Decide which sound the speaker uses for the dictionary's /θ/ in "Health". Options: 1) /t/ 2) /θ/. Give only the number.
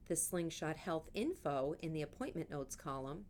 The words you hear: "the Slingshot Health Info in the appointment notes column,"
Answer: 2